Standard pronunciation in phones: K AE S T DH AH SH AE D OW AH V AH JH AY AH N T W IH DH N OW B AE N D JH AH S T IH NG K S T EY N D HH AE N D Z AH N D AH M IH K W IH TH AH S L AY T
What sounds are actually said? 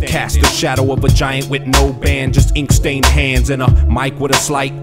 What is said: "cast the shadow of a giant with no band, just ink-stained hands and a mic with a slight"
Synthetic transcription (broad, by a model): K AE S T DH AH SH AE D OW AH V AH JH AY AH N T W IH DH N OW B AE N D JH AH S T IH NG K S T EY N D HH AE N D Z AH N AH M IH K W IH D AH S L AY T